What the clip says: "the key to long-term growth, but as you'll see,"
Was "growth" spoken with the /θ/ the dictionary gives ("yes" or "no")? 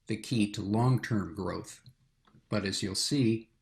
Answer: yes